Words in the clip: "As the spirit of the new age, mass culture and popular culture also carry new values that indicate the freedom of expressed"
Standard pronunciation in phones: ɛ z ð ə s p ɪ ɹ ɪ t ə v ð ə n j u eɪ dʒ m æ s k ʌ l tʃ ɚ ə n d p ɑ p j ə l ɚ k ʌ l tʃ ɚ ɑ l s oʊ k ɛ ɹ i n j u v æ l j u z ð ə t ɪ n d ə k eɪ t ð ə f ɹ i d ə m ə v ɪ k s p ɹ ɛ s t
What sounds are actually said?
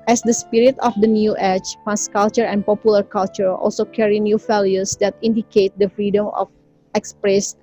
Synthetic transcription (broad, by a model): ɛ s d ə s p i ɹ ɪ t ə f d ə n j u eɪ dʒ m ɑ s k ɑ l tʃ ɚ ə n p ɑ p j ə l ɚ k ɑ l tʃ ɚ ɑ l s oʊ k ɛ ɹ i n j u f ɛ l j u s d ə t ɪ n d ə k eɪ t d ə f ɹ i d ə m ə f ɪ k s p ɹ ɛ s